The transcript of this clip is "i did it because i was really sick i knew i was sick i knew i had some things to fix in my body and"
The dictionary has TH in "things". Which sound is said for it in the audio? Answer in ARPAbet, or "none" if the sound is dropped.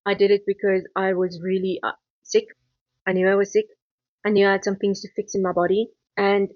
TH